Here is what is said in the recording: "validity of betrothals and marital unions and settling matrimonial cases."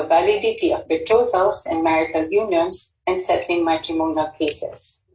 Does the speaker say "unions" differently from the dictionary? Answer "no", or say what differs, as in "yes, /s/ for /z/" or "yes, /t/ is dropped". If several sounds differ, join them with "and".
yes, /s/ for /z/